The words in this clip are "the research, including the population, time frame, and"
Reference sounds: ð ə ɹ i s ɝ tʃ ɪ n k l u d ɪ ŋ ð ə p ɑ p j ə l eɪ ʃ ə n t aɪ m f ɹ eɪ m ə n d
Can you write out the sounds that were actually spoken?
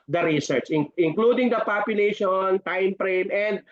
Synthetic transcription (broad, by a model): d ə ɹ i s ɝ tʃ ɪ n k l u d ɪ ŋ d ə p ɑ p j ə l eɪ ʃ ə n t aɪ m p ɹ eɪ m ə n d